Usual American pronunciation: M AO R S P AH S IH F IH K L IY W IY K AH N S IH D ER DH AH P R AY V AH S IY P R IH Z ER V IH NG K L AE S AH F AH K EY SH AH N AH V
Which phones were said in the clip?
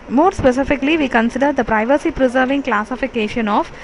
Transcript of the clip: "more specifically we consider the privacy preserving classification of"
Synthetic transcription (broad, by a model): M AO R S P AH S IH F IH K L IY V IY K AH N S IH D ER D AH P R AY V AH S IY P R IH Z ER V IH NG K L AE S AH F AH K EY SH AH N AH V